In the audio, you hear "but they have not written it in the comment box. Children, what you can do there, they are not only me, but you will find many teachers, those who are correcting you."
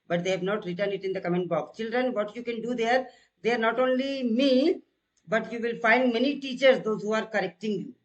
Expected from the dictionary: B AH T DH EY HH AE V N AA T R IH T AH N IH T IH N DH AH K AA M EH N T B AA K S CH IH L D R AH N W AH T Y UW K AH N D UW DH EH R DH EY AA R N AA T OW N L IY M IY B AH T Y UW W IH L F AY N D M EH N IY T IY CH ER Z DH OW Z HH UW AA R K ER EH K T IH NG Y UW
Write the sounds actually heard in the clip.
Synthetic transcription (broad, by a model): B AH T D EY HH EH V N AA T R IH T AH N IH T IH N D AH K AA M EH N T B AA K CH IH L D R AH N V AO T Y UW K AH N D UW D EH R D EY AA R N AA T OW N L IY M IY B AH T Y UW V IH L F AY N D M EH N IY T IY CH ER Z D OW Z HH UW AA R K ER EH K T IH NG Y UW